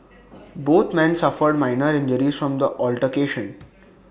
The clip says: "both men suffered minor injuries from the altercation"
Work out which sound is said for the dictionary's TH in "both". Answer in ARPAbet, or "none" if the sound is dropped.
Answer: T